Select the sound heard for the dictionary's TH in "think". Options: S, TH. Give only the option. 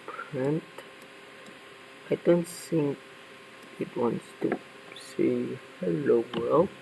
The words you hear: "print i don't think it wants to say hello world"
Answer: S